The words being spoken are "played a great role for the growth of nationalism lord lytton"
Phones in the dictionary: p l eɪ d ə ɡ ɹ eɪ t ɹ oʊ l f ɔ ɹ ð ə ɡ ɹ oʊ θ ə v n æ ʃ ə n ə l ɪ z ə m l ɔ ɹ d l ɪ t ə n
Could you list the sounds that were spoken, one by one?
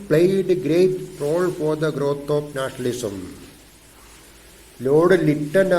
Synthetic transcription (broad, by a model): p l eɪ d ə ɡ ɹ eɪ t ɹ oʊ l f ɔ ɹ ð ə ɡ ɹ oʊ t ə p n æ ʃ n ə l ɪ s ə m l ɔ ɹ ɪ l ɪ t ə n